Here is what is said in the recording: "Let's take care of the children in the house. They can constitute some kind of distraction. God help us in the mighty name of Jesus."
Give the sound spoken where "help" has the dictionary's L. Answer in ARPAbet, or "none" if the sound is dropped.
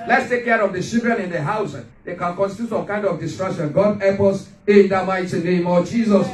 none